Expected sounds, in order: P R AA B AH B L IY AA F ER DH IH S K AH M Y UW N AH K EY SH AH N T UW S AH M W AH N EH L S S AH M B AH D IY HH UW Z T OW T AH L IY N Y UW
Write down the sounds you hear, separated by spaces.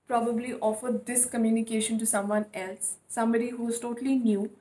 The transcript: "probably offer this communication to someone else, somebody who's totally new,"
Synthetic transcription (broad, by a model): P R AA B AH B L IY AA F ER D IH S K AH M Y UW N AH K EY SH AH N T UW S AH M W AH N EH L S S AH M B AH D IY HH UW Z T OW T AH L IY N Y UW